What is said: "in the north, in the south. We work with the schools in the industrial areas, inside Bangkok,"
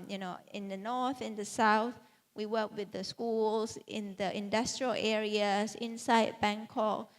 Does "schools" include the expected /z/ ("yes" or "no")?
no